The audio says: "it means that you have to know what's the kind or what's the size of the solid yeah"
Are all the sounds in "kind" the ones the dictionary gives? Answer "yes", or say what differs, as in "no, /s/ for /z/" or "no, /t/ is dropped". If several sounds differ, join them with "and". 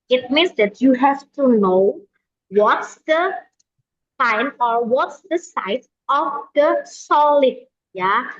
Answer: no, /d/ is dropped